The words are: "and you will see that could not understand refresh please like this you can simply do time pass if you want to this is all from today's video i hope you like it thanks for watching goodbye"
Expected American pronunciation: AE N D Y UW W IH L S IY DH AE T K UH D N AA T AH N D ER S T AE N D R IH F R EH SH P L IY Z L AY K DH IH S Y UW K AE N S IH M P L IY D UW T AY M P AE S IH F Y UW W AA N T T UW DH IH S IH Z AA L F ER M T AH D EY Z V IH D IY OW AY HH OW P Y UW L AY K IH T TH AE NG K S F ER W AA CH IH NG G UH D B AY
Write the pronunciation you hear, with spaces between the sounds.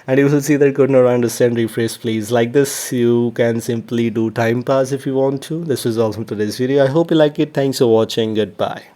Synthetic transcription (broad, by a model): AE N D Y UW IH L S IY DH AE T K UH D N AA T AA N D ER S T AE N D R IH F R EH S P L IY Z L AY K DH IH S Y UW K AE N S IH M P L IY D UW T AY M P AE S IH F Y UW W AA N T T UW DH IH S IH Z AA L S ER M T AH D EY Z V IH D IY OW AY HH OW P Y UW L AY K IH T T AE NG K S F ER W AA CH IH NG G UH D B AY